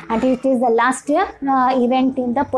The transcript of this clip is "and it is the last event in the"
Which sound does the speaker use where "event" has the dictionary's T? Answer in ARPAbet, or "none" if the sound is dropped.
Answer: T